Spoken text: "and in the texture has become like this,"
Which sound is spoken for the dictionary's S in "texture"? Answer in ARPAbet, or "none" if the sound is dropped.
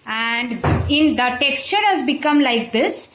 S